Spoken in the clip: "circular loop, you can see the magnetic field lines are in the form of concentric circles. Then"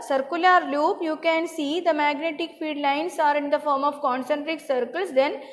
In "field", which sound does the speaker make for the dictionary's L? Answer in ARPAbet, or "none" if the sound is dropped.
none